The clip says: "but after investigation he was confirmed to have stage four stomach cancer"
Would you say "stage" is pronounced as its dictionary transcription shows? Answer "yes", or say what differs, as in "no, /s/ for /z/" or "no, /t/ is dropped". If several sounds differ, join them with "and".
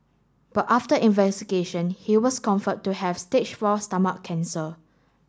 no, /tʃ/ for /dʒ/